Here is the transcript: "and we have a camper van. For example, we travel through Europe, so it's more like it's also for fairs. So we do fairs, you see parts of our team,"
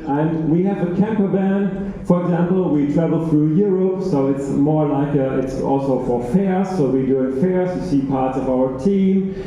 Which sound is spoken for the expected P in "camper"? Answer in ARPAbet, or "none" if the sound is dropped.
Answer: P